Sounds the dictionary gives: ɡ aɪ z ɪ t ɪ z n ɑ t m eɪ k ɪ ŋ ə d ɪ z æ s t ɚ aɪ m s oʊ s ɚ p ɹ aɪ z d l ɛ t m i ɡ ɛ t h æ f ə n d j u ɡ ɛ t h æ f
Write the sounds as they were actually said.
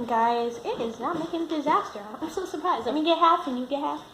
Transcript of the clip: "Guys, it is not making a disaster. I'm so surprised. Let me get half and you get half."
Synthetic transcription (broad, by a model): ɡ aɪ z ɪ t ɪ z n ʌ t m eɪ k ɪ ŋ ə d ɪ z æ s t ɚ aɪ m s oʊ s ɚ p ɹ aɪ z d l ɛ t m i ɡ ɛ t h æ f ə n j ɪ ɡ ɛ t h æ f